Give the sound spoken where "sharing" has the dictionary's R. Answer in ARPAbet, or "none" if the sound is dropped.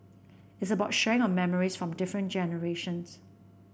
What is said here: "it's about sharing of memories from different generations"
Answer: none